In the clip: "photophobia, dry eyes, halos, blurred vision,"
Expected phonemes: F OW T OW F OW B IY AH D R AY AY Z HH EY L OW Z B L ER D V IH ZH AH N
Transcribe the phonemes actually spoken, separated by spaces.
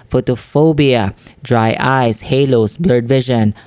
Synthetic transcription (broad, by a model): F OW T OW F OW B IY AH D R AY AY S HH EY L OW S B L ER D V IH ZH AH N